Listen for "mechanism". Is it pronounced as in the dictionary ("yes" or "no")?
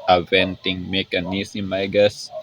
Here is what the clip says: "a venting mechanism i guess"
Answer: no